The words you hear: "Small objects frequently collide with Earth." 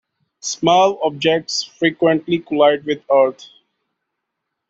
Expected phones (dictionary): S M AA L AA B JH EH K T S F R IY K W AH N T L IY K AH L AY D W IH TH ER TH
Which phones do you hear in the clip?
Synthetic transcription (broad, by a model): S M AA L AA B JH EH K T S F R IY K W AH N T L IY K AH L AY D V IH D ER T